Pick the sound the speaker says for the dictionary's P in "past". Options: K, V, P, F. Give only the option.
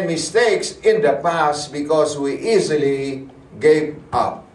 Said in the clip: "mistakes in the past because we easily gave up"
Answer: P